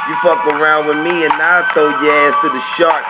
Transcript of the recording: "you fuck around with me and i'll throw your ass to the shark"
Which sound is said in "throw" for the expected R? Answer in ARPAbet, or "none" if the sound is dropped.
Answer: none